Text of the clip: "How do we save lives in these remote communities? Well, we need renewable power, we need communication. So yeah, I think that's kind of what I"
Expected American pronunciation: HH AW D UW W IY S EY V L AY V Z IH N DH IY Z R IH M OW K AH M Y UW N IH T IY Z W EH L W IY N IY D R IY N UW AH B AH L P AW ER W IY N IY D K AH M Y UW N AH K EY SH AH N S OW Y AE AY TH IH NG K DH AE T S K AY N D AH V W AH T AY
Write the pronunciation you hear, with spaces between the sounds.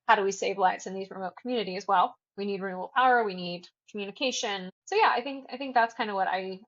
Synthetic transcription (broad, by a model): HH AW D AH W IY S EY V L AY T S IH N DH IY Z R IH M OW K M Y UW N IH T IY Z W EH L W IY N IY D R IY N UW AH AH L P AW ER W IY N IY D K M Y UW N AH K EY SH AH N S OW Y AE AY TH IH NG K DH AE T S K AY N D AH V W AH T AY